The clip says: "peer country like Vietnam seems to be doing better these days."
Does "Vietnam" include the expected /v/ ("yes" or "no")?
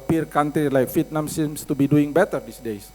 no